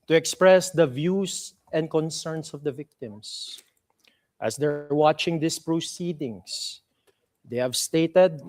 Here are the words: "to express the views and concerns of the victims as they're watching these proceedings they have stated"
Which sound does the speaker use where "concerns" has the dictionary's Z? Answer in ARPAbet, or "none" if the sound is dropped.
S